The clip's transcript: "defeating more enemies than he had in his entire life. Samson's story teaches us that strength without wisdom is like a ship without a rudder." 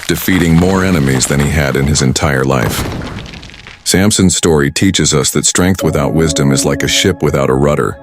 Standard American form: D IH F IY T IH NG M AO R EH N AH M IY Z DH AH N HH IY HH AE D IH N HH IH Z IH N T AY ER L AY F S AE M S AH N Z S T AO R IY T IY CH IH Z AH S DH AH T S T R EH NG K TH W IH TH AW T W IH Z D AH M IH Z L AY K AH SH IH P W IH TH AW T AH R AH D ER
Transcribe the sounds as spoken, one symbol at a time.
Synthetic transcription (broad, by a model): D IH F IY T IH NG M AO R EH N AH M IY Z DH AH N IY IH D IH N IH Z IH N T AY ER L AY F S AE M S AH N Z S T AO R IY T IY CH IH Z AH S DH AH T S T R EH NG K TH W IH TH AW T W IH Z D AH M IH Z L AY K AH SH IH P W IH TH AW T AH R AH D ER